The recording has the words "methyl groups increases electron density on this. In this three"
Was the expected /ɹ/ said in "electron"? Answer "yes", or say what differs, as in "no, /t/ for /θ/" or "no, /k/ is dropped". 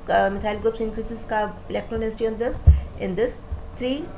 yes